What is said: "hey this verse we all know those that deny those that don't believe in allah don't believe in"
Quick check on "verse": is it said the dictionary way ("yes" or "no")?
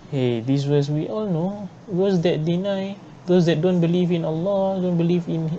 no